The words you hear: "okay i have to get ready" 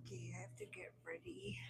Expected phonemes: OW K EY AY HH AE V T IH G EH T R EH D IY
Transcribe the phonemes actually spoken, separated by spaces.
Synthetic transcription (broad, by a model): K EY AY HH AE F T IH G EH T R EH D IY